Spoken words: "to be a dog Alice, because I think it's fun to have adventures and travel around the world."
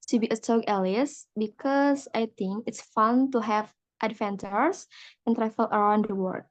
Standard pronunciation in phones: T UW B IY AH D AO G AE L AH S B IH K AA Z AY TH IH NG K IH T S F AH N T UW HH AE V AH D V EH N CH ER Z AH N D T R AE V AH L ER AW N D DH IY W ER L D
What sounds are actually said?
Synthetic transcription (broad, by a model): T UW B IY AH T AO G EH L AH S B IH K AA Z AY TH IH NG K IH T S F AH N T UW HH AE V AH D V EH N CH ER S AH N T R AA F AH L ER AW N D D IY W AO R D